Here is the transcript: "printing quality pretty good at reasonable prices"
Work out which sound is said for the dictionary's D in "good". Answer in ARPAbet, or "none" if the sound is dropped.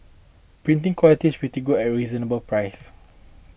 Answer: none